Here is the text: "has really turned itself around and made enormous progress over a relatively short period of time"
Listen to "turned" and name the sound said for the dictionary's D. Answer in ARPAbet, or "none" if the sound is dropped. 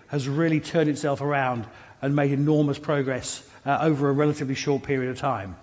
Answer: D